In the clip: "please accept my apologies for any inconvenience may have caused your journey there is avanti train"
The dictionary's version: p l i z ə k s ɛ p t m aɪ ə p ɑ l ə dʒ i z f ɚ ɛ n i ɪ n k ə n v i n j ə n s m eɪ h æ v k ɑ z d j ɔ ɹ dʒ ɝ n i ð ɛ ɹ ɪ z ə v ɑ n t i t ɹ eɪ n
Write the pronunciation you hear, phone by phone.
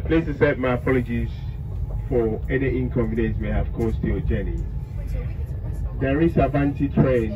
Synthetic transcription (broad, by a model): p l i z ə s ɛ t m aɪ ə p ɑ l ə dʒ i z f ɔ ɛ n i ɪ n k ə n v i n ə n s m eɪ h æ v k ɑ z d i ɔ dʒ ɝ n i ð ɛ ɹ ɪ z ə v ɑ n t i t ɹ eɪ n